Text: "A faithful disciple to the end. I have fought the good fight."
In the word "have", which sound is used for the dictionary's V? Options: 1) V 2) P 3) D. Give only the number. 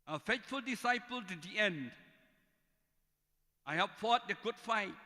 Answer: 2